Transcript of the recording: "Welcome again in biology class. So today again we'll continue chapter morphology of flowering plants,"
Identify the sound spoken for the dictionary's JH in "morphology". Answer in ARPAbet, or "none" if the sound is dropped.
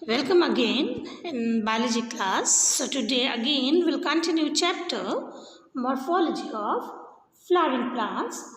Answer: JH